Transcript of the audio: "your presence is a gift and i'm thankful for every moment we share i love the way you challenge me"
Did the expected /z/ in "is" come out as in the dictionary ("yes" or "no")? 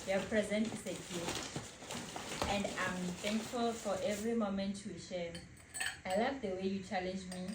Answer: no